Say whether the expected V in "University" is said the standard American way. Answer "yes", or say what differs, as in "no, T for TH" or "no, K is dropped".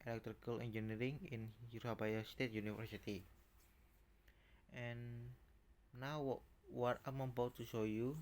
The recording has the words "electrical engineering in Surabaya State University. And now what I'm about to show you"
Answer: no, F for V